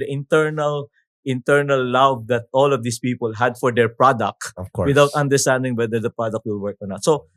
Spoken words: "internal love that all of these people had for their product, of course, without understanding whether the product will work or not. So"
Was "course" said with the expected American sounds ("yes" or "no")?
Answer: no